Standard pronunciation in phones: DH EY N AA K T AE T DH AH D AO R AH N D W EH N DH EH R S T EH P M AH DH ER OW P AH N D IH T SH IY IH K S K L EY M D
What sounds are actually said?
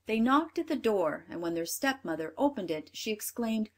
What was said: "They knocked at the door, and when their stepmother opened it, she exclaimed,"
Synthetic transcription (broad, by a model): DH EY N AA K T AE T DH AH D AO R AH N D W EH N DH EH R S T EH P M AH DH ER OW P AH N D IH T SH IY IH K S K L EY M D